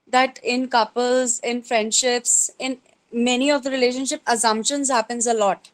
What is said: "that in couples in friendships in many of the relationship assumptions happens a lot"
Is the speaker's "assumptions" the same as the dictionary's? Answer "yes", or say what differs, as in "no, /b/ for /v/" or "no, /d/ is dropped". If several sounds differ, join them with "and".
yes